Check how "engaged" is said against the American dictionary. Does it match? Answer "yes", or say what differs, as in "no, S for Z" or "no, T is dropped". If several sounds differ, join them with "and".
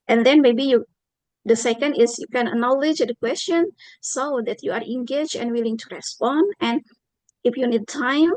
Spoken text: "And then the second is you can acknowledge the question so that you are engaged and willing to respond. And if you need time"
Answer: no, D is dropped